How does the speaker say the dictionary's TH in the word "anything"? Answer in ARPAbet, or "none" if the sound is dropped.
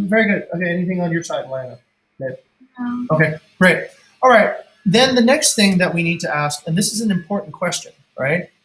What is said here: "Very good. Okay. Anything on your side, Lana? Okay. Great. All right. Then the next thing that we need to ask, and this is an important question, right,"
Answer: TH